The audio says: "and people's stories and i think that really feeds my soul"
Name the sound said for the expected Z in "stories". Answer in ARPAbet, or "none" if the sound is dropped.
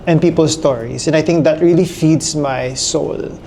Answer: S